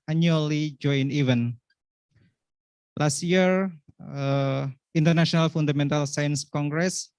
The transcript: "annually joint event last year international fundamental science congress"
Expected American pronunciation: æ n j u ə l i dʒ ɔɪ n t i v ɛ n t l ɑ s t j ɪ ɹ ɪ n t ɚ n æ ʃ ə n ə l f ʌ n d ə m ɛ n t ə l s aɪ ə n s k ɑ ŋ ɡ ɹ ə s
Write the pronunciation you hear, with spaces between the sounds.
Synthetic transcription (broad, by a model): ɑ n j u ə l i dʒ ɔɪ n i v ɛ n l ɑ s t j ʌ ɹ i n t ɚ n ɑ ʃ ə n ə l f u n d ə m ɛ n t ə l s aɪ ə n s k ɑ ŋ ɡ ɹ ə s